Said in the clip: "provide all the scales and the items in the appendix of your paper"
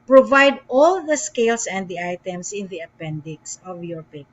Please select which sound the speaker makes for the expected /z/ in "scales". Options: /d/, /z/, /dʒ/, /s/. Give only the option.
/s/